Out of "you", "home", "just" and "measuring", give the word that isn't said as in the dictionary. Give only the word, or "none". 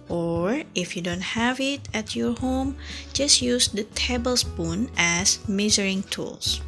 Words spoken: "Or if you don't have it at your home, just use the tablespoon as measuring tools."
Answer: measuring